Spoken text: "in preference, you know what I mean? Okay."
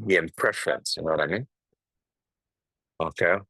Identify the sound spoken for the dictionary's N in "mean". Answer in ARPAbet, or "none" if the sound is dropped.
N